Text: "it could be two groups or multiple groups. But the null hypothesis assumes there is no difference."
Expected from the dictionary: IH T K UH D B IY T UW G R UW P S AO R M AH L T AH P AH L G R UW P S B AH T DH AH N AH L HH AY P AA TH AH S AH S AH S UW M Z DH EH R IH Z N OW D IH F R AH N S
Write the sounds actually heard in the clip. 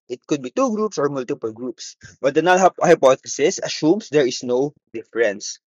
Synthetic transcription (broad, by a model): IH T K UH D B IY T UW G R UW P S AO R M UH L T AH P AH L G R UW P S B AH T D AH N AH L HH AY P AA T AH S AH S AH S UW M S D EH R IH S N OW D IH F R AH N S